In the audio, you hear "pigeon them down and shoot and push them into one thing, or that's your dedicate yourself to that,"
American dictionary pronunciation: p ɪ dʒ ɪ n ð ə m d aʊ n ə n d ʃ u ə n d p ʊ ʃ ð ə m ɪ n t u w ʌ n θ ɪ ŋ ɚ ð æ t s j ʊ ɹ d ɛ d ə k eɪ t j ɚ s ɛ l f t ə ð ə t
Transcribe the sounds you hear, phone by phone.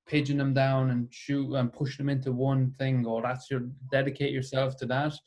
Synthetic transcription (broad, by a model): p ɪ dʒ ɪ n ð ə m d aʊ n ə n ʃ u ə n p ʊ ʃ ð ə m ɪ n t u w ʌ n θ ɪ ŋ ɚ ð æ t s j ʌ ɹ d ɛ d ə k eɪ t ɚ s ɛ l f t ə ð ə t